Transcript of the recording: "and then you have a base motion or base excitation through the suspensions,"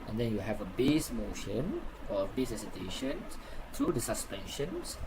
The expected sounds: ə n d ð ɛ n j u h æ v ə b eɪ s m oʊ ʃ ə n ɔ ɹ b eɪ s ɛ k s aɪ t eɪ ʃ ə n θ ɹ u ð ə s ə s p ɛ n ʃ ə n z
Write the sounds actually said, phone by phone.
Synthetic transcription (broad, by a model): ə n d ɛ n j u h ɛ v ə b eɪ s m oʊ ʃ ə n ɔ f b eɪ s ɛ s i t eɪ ʃ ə n s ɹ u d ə s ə s p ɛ n ʃ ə n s